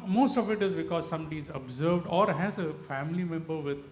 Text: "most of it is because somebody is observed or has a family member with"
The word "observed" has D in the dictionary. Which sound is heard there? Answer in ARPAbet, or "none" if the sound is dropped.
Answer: D